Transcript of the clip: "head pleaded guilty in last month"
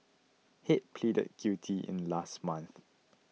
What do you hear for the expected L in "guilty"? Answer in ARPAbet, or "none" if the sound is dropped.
none